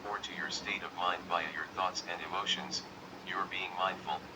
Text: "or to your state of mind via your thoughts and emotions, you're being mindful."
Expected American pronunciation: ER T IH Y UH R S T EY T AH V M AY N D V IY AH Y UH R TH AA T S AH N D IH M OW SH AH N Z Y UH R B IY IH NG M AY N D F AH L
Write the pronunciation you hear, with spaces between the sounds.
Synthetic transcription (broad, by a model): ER T IH Y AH R S T EY T AH V M AY N D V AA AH Y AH R TH AA T S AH N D IH M OW SH AH N Z Y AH R B IY IH NG M AY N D F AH L